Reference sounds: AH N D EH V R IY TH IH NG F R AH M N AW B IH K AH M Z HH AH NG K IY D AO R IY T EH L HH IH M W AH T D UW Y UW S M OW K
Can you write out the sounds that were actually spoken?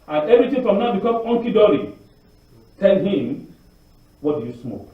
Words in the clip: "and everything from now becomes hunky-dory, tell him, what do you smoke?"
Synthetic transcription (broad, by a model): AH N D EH V R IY T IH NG F R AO M N AW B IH K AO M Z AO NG K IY D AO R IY T EH L HH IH M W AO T D UW Y UW S M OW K